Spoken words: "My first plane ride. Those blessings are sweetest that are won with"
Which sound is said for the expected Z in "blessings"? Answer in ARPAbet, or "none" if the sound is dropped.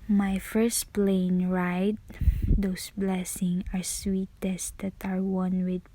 none